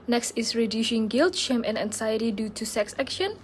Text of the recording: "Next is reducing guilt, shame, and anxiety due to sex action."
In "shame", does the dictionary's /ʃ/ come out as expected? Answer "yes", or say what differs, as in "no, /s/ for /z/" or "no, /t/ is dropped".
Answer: yes